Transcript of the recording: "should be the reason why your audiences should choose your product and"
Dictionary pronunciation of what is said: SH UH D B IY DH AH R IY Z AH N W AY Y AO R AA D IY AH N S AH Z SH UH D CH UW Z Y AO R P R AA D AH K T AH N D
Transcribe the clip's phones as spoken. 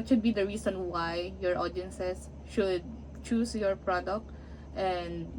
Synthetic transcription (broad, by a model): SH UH D B IY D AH R IY S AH N W AY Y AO R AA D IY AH N S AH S SH UH D CH UW S Y AO R P R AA D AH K T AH N D